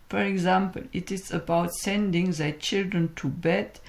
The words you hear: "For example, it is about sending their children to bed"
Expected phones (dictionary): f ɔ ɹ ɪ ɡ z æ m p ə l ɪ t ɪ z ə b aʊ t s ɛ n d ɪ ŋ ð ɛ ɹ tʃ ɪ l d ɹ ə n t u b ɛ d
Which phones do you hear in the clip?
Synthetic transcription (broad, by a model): f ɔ ɹ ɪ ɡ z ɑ m p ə l ɪ t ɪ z ə b aʊ t s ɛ n d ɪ ŋ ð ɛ tʃ ɪ l d ɹ ə n t u b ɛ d